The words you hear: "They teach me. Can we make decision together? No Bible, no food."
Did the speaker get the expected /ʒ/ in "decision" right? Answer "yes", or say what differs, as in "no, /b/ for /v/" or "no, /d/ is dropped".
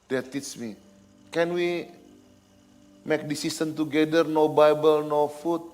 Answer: no, /s/ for /ʒ/